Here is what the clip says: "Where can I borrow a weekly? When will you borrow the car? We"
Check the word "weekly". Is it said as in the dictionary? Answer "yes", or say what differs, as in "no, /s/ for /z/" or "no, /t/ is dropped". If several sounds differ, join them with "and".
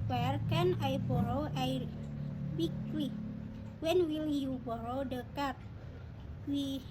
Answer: no, /w/ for /l/